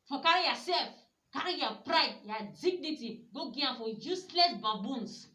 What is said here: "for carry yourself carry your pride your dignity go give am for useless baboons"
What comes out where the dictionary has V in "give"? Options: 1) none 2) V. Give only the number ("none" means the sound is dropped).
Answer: 1